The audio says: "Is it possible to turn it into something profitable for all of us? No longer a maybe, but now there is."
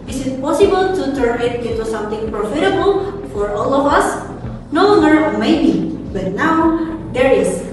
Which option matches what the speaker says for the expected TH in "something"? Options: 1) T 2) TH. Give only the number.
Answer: 1